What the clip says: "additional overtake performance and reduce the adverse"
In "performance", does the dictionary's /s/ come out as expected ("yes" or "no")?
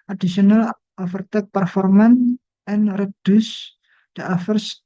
no